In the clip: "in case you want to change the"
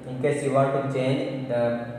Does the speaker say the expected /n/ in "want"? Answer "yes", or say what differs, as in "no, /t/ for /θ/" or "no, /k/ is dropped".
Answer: no, /n/ is dropped